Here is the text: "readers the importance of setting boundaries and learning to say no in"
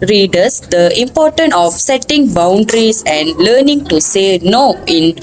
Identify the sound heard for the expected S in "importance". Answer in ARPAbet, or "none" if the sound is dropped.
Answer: none